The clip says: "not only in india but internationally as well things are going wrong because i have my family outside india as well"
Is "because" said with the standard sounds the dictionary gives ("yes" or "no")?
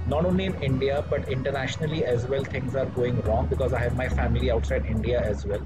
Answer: yes